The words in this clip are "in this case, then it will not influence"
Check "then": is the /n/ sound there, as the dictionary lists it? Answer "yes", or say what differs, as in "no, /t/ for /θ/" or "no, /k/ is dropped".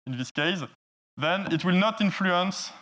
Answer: yes